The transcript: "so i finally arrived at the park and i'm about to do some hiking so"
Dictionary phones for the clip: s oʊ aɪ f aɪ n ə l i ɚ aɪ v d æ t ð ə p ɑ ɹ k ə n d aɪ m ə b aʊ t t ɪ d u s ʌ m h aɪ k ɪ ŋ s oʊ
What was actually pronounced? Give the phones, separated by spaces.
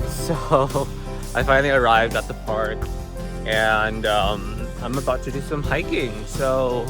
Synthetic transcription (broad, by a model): s oʊ aɪ f aɪ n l i ɚ aɪ v d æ t ð ə p ɑ ɹ k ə n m aɪ m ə b aʊ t t ɪ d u s ʌ m h aɪ k ɪ ŋ s oʊ